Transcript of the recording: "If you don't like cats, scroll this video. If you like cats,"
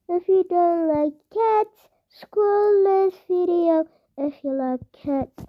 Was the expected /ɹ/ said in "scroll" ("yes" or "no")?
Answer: no